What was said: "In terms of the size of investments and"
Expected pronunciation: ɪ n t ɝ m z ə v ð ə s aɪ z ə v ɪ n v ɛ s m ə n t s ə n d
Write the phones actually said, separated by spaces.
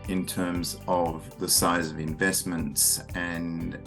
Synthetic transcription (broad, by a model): ɪ n t ɝ m z ə v ð ə s aɪ z ə v ɪ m v ɛ s m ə n t s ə n